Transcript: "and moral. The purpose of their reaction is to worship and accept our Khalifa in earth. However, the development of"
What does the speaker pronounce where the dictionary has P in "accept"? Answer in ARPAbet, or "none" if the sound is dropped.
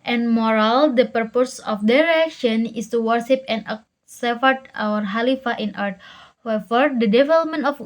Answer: F